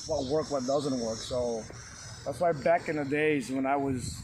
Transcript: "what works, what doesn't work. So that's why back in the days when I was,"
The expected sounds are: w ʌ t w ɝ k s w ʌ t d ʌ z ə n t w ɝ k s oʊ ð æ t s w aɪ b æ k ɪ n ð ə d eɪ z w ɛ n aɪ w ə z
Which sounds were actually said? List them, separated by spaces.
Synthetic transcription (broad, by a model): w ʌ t w ɝ k w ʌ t d ʌ z ə n t w ɝ k s oʊ ð æ t s w aɪ b æ k ɪ n ð ə d eɪ z w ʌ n aɪ w ə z